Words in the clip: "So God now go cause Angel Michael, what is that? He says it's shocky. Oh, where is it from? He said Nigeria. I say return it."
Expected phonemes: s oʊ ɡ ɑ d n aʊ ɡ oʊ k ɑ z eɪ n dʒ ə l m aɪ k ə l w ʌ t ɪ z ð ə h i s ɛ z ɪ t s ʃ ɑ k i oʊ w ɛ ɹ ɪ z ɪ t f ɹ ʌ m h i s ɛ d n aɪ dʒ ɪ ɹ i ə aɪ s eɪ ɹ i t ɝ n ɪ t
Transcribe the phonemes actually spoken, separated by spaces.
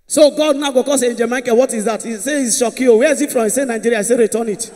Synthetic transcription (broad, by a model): s oʊ ɡ ɑ d n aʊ ɡ oʊ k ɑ s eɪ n dʒ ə m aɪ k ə w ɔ t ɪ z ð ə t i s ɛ ɪ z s ʃ ɑ k i oʊ w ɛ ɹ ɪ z ɪ t f ɹ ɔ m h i s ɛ n aɪ dʒ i ɹ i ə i s eɪ ɹ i t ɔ n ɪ t